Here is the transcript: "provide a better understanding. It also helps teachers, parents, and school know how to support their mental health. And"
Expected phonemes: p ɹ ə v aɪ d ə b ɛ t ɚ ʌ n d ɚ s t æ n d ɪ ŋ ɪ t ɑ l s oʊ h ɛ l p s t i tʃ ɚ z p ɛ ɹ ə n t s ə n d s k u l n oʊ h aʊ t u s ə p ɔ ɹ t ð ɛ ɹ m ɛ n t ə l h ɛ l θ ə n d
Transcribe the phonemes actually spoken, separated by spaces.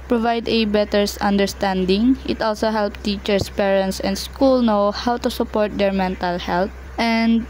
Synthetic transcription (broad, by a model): p ɹ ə v aɪ d ə b ɛ t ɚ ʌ n d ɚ s t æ n d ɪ ŋ ɪ t ɑ l s oʊ h ɛ l p t i tʃ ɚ s p ɛ ɹ ə n t s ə n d s k u l n oʊ h aʊ t u s ə p ɔ ɹ t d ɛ ɹ m ɛ n t ə l h ɛ l t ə n d